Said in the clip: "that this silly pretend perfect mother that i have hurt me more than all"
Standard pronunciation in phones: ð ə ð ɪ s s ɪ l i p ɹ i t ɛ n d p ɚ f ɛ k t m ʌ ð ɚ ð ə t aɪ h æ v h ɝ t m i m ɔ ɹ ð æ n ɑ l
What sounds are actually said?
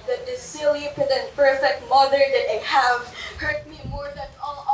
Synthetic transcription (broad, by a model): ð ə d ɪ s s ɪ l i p i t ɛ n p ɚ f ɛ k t m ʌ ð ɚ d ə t aɪ h æ v h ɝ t m i m ɔ ɹ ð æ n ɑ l